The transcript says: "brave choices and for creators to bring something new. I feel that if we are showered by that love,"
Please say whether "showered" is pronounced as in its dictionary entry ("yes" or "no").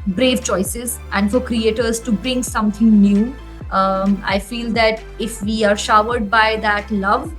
yes